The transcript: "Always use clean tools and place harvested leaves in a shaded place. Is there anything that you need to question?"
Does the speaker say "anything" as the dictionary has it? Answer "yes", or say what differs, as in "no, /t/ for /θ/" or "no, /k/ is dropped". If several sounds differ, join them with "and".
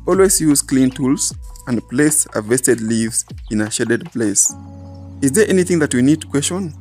yes